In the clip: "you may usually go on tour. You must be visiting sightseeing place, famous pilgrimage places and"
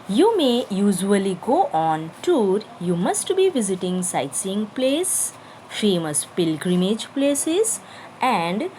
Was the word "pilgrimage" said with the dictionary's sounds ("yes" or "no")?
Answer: yes